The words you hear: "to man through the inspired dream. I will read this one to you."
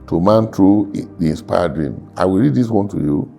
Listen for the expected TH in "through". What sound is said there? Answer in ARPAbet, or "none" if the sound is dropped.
T